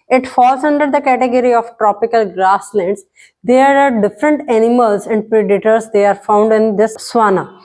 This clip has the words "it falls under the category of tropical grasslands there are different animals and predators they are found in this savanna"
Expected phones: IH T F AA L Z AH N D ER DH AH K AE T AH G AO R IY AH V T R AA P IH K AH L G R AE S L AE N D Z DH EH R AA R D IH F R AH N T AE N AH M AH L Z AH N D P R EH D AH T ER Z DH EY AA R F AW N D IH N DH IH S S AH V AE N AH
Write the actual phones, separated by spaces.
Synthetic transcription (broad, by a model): IH T F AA L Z AH N D ER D AH K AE T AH G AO R IY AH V T R AA P IH K AH L G R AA S L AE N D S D EH AA R D IH F R AH N T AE N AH M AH L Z AH N D P R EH D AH T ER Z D EY AA R F AW N D IH N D IH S S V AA N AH